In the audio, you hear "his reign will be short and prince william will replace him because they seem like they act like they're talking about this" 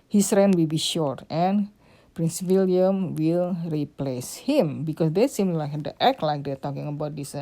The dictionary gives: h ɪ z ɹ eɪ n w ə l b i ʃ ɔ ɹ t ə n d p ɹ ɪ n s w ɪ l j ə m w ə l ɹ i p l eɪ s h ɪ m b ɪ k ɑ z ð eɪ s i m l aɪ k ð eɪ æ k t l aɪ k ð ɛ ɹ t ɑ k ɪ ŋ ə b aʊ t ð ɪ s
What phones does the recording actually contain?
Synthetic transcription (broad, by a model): h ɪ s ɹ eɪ n w ə l b i ʃ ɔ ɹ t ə n p ɹ ɪ n s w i l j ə m w ə l ɹ i p l eɪ s h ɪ m b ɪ k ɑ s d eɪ s i m l aɪ k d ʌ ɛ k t l aɪ k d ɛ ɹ t ɑ k ɪ ŋ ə b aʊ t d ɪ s